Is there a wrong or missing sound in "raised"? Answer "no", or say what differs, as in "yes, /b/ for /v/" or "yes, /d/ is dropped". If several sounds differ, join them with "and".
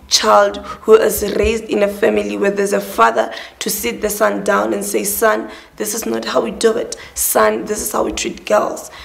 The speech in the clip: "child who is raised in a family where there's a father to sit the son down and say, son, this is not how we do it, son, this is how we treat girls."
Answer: no